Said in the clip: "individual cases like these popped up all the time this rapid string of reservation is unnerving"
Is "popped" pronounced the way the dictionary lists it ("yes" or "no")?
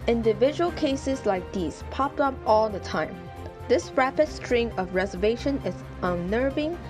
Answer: yes